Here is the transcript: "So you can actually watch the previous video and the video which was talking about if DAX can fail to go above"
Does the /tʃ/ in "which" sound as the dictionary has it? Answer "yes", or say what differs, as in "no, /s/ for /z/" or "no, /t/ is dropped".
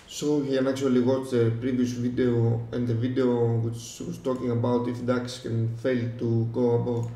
no, /s/ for /tʃ/